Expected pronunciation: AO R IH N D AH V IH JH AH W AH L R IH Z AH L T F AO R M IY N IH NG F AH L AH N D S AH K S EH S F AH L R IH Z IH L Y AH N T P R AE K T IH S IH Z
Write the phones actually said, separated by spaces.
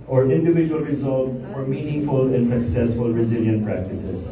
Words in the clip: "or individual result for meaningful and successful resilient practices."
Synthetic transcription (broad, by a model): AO R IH N D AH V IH JH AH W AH L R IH Z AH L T F AO R M IY N IH NG F AH L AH N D S AH K S EH S F AH L R IH Z IH L Y AH N T P R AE K T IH S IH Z